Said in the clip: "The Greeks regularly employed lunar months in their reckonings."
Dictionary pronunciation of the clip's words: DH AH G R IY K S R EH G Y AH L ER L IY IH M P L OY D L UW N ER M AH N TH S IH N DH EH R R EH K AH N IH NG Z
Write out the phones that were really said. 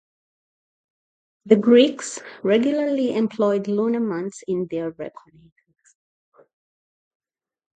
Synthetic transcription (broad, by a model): DH AH G R IY K S R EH G Y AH L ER L IY IH M P L OY D L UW N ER M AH N T S IH N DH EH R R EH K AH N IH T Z